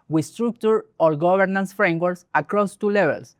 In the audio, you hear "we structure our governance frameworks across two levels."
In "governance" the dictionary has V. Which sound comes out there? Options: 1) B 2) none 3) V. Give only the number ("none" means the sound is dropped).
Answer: 1